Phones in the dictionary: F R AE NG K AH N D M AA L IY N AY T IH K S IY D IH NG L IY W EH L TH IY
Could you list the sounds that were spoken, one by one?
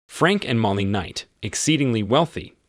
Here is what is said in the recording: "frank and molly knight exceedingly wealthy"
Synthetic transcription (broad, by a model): F R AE NG K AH N M AA L IY N AY T IH K S IY D IH NG L IY W EH L TH IY